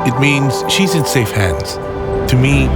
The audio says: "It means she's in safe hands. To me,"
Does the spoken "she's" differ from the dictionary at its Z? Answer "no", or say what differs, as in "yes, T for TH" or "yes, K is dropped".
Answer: no